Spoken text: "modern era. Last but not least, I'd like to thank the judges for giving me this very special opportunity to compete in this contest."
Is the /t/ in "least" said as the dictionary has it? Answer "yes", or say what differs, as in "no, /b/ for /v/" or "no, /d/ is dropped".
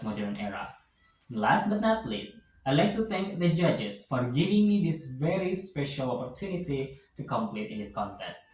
no, /t/ is dropped